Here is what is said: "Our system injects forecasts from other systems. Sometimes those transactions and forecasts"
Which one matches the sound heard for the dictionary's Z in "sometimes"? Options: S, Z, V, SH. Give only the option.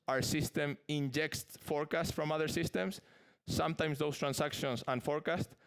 S